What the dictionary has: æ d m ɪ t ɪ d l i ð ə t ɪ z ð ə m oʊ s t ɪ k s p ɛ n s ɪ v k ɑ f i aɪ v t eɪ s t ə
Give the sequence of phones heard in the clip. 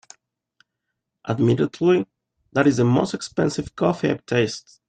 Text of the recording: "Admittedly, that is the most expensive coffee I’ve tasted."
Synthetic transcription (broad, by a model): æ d m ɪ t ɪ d l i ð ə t ɪ z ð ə m oʊ s t ɪ k s p ɛ n s ɪ v k ɑ f i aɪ p t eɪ s t